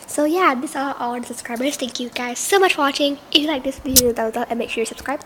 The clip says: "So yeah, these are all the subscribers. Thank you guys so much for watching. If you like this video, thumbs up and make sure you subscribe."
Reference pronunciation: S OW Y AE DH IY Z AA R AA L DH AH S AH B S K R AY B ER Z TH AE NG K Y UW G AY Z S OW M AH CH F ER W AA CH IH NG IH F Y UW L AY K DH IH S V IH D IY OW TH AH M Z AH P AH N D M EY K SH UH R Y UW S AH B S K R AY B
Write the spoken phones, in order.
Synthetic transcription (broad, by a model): S OW Y AE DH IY S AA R AA L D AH S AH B S K R AY B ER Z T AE NG K Y UW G AY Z S OW M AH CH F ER W AA CH IH NG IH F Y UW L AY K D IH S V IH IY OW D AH Z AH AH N M EY K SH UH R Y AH S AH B S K R AY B